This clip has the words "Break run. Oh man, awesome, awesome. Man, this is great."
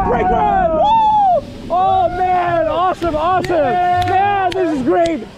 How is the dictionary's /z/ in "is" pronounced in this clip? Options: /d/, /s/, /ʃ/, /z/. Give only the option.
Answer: /z/